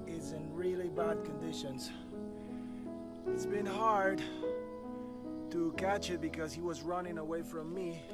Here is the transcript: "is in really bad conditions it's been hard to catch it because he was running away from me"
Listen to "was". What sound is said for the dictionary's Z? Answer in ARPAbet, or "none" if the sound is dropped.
Z